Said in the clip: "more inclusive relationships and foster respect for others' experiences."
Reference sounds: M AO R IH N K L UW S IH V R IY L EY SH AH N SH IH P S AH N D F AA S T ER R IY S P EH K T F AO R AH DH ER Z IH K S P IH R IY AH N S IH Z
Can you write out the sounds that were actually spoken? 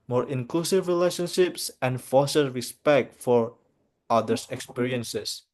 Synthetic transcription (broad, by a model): M AO R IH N K L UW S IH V R IY L EY SH AH N SH IH P S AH N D F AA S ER R IY S P EH K T F AO R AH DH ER S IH K S P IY R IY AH N S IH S